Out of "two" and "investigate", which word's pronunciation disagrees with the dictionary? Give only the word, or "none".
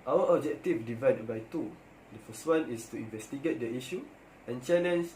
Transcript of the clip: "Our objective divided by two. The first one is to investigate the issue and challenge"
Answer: none